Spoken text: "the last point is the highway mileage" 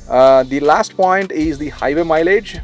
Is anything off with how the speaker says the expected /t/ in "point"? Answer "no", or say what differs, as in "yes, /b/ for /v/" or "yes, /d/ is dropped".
no